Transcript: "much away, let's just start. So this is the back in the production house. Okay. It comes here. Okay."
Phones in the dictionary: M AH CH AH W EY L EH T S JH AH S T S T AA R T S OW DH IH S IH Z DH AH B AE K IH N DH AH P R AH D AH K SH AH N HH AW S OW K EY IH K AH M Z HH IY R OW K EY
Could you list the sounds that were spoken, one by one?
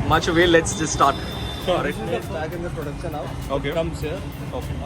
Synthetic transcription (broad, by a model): M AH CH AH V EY L EH T S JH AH S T S T AA R T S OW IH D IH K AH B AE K IH N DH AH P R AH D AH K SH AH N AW OW K EY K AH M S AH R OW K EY